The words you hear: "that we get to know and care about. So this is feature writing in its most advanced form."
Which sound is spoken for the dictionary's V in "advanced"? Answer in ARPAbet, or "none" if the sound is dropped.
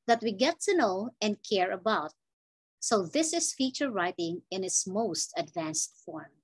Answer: V